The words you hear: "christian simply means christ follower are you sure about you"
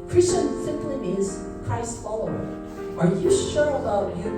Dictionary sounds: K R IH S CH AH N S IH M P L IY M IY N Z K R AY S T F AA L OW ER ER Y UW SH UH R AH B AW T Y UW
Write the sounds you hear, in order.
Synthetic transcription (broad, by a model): K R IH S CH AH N S IH M P L IY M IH Z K AY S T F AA L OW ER ER Y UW SH UH R AH B AW T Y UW